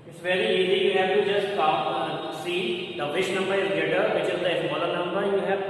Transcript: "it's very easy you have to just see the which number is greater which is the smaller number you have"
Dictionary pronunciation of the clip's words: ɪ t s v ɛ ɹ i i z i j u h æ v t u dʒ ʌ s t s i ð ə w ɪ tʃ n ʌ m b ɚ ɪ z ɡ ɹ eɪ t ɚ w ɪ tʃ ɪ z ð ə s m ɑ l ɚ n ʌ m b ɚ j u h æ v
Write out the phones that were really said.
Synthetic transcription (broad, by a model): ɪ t s v ɛ ɹ i i z i j u h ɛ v t u dʒ ʌ s t s i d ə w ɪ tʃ n ʌ m b ɚ ɪ z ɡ eɪ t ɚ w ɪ tʃ ɪ z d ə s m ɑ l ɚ n ʌ m b ɚ j u h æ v